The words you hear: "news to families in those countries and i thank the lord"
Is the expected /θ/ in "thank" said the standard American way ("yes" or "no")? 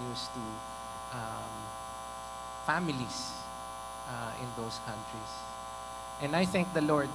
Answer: yes